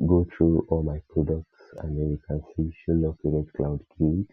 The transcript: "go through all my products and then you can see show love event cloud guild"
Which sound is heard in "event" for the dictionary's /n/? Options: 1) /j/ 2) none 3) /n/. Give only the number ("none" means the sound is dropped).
2